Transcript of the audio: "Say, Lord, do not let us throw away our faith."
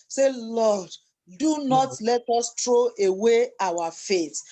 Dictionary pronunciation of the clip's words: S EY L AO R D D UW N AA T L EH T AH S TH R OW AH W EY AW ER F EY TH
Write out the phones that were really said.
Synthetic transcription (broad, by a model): S EY L AO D D UW N AA T L EH T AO S T R OW AH W EY AW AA F EY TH